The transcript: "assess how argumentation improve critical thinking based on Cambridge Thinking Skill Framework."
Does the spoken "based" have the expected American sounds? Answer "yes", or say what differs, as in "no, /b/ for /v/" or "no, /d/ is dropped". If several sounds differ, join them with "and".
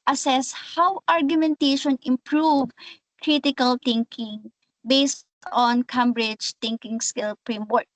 yes